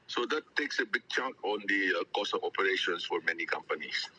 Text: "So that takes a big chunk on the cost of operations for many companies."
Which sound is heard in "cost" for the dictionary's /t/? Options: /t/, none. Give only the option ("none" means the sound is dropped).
none